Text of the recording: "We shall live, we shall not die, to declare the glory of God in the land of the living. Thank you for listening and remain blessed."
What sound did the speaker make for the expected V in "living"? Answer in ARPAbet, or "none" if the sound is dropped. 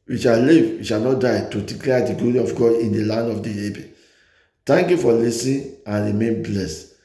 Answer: B